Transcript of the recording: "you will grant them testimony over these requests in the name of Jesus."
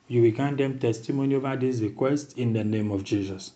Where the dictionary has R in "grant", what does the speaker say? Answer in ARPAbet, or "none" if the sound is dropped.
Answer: none